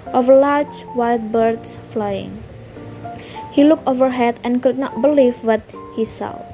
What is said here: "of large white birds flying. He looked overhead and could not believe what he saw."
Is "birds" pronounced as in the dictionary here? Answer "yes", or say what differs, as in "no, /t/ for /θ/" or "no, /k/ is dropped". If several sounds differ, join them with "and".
no, /s/ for /z/